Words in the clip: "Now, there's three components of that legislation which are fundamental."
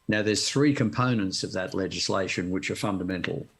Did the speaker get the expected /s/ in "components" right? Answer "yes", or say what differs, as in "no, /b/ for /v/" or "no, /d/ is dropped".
yes